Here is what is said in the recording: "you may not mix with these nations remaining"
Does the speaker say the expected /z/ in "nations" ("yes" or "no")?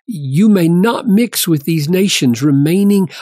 yes